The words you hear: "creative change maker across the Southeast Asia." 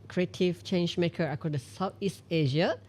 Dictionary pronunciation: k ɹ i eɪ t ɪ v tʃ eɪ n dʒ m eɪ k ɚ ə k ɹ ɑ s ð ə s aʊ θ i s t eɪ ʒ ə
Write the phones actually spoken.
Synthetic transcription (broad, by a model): k ɹ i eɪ t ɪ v tʃ eɪ n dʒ m eɪ k ɚ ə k ɑ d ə s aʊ t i s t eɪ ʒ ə